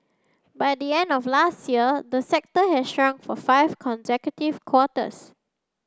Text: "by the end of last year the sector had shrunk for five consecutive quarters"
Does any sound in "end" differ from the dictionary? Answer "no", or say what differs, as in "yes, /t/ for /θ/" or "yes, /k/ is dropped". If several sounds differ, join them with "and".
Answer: no